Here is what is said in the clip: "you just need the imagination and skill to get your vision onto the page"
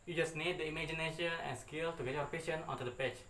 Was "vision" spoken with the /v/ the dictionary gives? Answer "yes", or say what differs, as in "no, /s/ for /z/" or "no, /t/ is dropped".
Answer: no, /p/ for /v/